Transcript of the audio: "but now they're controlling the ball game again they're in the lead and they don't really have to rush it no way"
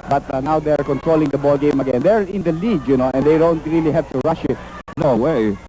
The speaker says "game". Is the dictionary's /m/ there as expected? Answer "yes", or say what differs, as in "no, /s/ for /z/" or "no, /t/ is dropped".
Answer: yes